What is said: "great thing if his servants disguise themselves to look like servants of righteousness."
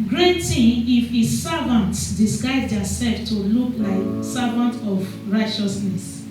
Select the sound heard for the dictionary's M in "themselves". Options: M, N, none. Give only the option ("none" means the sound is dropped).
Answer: none